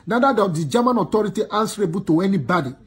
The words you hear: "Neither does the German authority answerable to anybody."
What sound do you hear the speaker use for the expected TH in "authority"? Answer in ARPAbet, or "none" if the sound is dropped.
T